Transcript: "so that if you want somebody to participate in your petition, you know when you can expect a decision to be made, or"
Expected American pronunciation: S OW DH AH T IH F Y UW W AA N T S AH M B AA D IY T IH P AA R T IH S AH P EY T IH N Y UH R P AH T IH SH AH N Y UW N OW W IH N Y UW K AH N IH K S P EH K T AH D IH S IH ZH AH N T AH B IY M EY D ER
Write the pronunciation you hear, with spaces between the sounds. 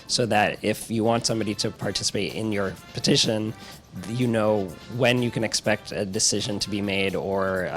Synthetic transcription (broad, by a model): S OW DH AH T IH F Y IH W AA N T S AH M B AA D IY T IH P AA R T IH S AH P EY T IH N Y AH R P AH T IH SH AH N Y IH N OW W IH N Y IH K AH N IH K S P EH K T AH D IH S IH ZH AH N T AH B IY M EY D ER